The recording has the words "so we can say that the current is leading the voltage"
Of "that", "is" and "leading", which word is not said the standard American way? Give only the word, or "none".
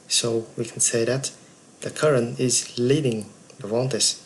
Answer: none